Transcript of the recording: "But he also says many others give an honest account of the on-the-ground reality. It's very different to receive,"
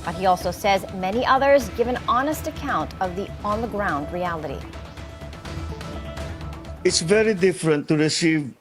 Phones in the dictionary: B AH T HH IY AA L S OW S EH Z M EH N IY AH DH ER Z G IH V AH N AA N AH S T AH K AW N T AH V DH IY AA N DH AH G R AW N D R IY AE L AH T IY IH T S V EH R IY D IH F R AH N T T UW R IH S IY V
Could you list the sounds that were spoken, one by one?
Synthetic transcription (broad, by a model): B AH T HH IY AA L S OW S EH Z M EH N IY AH DH ER Z G IH V AH N AA N AH S T AH K AW N T AH V DH IY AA N DH AH G R AW N D R IY AE L AH T IY IH T S V EH R IY D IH F R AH N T T UW R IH S IY V